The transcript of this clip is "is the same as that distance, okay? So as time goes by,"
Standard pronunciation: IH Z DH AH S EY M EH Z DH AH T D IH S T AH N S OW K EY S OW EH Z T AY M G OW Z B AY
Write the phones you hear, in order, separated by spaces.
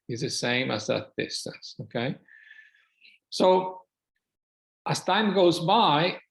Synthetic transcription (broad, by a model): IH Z DH AH S EY M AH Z DH AH T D IH S T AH N S OW K EY S OW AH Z T AY M G OW Z B AY